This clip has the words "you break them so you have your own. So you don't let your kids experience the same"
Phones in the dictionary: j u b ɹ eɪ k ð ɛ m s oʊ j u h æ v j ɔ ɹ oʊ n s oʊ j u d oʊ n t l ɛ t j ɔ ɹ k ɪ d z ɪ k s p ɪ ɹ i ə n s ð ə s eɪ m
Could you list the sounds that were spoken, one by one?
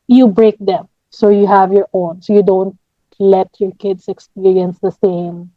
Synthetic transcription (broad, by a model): j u b ɹ eɪ k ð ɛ m s oʊ j u h æ v j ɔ ɹ oʊ n s oʊ j u d oʊ n t l ɛ t j ɔ ɹ k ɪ d s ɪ k s p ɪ ɹ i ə n s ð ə s eɪ m